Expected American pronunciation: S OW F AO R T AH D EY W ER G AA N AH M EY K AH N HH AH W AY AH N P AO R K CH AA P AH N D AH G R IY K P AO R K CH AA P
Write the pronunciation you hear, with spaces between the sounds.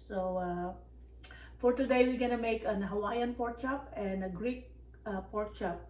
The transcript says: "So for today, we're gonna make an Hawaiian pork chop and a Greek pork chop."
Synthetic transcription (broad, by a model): S OW F AO R T AH D EY W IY G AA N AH M EY K AH N HH AH W AY AH N P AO R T CH AA P AH N D AH G R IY K P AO R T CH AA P